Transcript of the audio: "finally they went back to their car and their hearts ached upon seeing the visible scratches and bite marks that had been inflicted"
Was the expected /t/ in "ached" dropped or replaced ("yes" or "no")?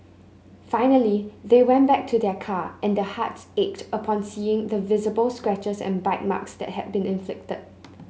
no